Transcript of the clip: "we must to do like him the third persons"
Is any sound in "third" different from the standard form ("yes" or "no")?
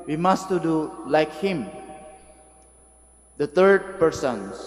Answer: yes